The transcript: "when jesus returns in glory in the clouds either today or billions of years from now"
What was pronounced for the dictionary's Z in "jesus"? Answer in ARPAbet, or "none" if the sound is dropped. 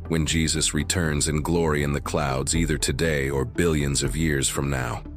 Z